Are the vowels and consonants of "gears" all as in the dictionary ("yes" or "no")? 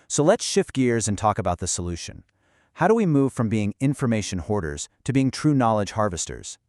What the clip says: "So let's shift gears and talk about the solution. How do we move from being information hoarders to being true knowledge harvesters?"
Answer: yes